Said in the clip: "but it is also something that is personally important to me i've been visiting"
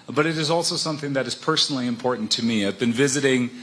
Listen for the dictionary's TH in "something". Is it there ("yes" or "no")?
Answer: yes